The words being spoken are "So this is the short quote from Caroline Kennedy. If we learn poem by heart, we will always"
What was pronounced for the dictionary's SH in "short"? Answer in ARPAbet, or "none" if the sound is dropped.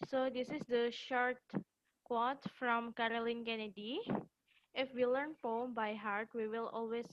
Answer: SH